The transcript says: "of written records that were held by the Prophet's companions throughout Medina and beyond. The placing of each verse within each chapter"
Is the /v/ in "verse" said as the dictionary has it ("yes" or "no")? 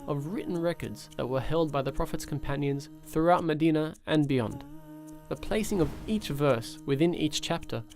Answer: yes